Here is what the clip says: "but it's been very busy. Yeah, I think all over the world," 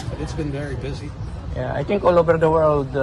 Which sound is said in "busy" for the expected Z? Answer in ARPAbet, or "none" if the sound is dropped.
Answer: Z